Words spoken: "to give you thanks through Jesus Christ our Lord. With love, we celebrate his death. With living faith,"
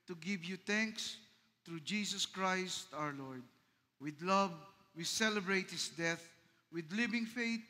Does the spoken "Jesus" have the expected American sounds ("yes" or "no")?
no